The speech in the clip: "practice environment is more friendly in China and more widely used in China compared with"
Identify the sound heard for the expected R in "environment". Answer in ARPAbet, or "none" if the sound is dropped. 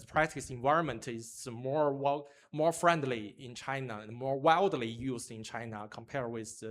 R